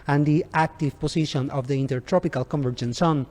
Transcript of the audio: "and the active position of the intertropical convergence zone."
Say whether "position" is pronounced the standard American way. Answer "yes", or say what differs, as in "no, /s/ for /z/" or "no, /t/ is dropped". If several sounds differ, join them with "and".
no, /s/ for /z/